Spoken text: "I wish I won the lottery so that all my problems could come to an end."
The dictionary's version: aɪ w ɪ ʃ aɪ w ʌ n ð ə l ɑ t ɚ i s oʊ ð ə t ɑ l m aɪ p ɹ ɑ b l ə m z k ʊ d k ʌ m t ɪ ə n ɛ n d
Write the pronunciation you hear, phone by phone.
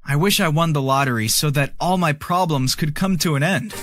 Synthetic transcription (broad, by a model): aɪ w ɪ ʃ aɪ w ʌ n ð ə l ɑ t ɚ i s oʊ ð ə t ɑ l m aɪ p ɹ ɑ b l ə m z k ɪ d k ʌ m t ɪ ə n ɛ n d